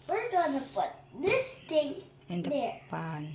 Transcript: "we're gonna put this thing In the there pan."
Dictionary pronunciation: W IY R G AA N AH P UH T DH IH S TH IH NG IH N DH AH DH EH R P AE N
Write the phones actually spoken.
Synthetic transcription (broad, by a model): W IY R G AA N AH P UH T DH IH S T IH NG IH N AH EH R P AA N